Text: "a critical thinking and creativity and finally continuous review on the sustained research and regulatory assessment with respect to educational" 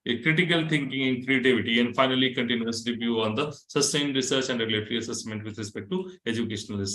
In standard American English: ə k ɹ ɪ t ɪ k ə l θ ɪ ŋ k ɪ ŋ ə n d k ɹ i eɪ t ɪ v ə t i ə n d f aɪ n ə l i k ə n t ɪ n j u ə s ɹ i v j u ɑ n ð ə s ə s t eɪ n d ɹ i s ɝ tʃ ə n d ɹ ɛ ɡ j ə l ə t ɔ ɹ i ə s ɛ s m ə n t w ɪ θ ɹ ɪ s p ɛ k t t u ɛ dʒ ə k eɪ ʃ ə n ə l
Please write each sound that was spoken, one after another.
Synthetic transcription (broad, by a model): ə k ɹ ɪ t ɪ k ə l t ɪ ŋ k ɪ ŋ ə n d k ɹ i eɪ t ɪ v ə t i ə n d f aɪ n ə l i k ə n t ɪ n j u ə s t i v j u ɑ n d ə s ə s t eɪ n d ɹ i s ɝ tʃ ə n d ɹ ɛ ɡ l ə t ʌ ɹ i ə s ɛ s m ə n t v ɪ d ɹ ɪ s p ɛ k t t u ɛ dʒ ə k eɪ ʃ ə n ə l